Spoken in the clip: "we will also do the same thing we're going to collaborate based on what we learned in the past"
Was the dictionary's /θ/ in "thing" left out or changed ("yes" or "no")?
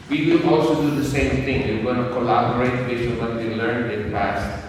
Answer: yes